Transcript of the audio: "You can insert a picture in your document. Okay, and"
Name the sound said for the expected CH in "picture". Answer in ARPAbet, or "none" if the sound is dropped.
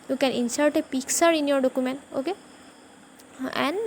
S